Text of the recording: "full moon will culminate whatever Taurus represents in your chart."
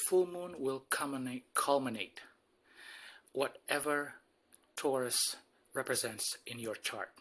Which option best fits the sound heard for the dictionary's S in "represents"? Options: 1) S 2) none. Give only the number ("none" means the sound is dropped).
1